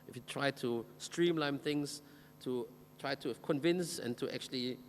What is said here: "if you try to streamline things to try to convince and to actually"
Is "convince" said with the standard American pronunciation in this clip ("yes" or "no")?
yes